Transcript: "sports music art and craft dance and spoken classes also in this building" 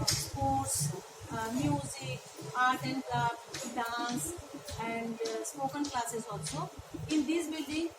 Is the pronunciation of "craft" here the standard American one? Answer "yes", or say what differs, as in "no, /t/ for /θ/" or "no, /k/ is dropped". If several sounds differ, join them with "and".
no, /l/ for /ɹ/